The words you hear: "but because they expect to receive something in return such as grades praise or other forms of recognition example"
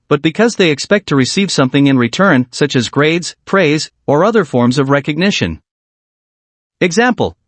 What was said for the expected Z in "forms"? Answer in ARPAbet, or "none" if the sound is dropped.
Z